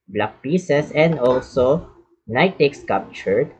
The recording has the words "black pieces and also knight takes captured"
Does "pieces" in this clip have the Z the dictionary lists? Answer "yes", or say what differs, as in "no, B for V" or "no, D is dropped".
no, S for Z